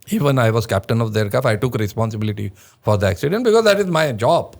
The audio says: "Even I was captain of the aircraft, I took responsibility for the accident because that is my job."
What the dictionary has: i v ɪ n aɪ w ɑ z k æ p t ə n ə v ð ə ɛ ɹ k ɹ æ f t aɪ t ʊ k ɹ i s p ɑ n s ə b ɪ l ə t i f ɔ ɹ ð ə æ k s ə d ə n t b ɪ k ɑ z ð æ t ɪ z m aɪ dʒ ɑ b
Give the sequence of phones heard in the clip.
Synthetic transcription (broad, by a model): i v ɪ n aɪ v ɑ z k æ p t ə n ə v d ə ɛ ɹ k æ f aɪ t ʊ k ɹ i s p ɑ n s ə b ɪ l ə t i f ɔ ɹ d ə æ k s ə d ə n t b ɪ k ɑ z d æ t ɪ z m aɪ dʒ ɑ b